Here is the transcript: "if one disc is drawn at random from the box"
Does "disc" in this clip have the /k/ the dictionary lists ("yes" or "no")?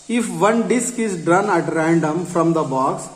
yes